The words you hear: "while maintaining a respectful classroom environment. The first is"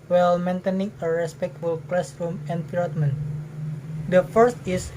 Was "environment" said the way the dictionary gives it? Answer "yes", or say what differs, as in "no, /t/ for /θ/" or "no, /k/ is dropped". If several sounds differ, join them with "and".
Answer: no, /p/ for /v/